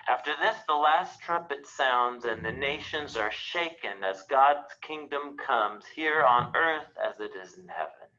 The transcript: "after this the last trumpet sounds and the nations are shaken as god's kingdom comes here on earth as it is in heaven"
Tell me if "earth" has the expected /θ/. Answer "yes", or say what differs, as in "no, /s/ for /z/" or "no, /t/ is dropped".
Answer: yes